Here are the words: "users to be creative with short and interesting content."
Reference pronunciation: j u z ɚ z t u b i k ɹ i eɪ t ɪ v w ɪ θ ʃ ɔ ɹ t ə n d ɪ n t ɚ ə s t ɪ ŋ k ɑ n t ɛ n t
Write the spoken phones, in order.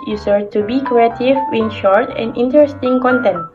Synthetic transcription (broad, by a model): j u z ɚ t u b i k ɹ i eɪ t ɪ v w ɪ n ʃ ɔ ɹ t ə n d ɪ n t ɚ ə s t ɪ ŋ k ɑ n t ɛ n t